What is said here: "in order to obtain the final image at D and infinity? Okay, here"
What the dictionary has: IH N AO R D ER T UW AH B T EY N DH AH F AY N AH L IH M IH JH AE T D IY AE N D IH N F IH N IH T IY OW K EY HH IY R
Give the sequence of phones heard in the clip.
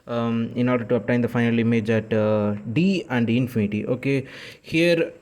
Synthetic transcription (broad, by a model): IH N AO R D ER T UW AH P T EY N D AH F AY N AH L IH M IH JH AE T D IY AE N D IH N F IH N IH T IY OW K EY HH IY R